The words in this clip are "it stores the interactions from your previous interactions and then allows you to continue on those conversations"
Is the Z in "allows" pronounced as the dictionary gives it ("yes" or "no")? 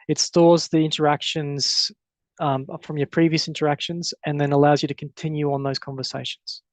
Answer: yes